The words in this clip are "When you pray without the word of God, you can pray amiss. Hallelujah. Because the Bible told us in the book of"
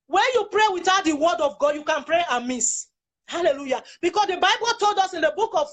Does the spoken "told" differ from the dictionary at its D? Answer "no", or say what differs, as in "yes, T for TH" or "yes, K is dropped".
no